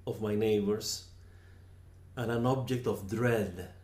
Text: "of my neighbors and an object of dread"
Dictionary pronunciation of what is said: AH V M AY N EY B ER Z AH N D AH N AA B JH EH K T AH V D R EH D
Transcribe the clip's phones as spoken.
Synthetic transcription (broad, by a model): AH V M AY N EY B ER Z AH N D AH N AA B JH EH K T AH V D R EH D